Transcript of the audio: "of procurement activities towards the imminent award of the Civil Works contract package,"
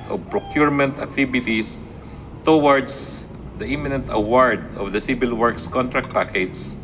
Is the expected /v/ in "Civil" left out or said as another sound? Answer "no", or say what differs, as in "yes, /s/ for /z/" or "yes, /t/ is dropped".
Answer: yes, /b/ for /v/